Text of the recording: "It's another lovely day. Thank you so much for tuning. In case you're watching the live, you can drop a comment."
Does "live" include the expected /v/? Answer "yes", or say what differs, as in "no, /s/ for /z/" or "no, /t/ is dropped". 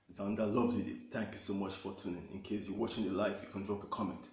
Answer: no, /f/ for /v/